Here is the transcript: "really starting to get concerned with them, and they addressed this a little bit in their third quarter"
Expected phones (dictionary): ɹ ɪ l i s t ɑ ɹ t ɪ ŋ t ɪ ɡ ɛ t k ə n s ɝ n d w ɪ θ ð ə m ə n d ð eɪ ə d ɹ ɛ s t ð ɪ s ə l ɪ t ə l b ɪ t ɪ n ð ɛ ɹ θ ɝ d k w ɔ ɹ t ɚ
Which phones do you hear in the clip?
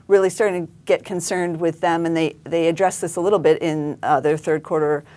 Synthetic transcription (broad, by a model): ɹ ɪ l i s t ɑ ɹ t ɪ ŋ t ɪ ɡ ɛ t k ə n s ɝ n d w ɪ ð ə m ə n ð ð eɪ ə d ɹ ɛ s ð ɪ s ə l ɪ t l b ɪ t ɪ n ð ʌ ɹ θ ɝ d k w ɔ ɹ t ɚ